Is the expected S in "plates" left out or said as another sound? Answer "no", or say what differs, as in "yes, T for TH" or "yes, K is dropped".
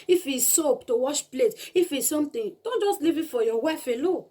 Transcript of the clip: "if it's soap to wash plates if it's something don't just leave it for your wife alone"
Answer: yes, S is dropped